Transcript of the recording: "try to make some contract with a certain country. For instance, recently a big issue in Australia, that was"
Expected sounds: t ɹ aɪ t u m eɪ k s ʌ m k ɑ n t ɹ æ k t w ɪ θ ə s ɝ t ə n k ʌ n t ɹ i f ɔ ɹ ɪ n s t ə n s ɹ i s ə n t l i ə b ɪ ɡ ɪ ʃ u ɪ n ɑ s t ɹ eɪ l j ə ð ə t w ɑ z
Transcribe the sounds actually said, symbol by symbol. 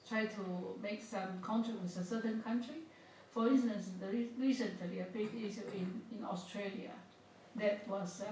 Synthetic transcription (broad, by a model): t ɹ aɪ t u m eɪ k s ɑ m k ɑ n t ɹ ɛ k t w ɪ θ ə s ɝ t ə n k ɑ n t ɹ i f ɔ ɹ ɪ n s t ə n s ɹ i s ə n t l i ə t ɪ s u u ɪ n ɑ s t ɹ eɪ l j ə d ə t w ɑ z